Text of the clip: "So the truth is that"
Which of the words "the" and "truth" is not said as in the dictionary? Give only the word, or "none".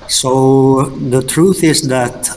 none